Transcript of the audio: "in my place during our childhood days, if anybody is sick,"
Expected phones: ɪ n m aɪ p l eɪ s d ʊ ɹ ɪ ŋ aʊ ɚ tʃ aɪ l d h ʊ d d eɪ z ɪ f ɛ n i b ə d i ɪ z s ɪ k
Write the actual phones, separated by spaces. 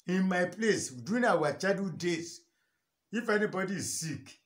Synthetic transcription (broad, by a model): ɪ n m aɪ p l eɪ s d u ɪ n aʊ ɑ tʃ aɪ d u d d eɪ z ɪ f ɛ n i b ə d i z s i k